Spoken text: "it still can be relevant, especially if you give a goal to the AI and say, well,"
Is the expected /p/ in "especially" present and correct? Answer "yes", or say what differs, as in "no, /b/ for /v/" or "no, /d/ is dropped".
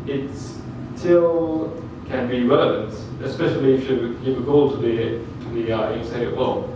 yes